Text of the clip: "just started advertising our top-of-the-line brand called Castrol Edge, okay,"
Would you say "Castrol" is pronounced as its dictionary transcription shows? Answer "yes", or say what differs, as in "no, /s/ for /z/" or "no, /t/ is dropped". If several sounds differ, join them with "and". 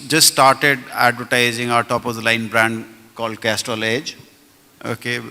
no, /ɹ/ is dropped